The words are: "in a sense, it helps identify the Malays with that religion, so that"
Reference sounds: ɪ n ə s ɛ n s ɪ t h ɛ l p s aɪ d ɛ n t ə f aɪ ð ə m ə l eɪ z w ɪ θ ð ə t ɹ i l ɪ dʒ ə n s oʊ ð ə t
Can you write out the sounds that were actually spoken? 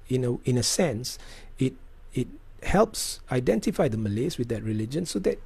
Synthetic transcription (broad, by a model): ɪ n ə s ɛ n s ɪ t h ɛ l p s aɪ d ɛ n t ə f aɪ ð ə m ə l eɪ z w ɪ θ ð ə t ɹ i l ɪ dʒ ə n s oʊ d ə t